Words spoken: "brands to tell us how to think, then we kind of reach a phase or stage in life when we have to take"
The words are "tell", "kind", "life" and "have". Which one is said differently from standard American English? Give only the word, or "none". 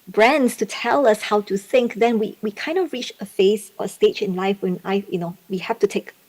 have